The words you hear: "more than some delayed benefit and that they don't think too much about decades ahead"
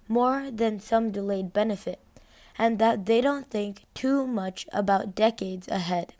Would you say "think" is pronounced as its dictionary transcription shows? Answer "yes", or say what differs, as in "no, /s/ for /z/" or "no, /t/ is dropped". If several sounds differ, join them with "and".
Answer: yes